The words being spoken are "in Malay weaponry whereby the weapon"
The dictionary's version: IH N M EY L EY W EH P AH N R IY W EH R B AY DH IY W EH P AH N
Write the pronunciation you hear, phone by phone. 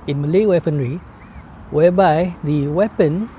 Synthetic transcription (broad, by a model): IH N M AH L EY W EH P AH N R IY W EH B AY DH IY W EH P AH N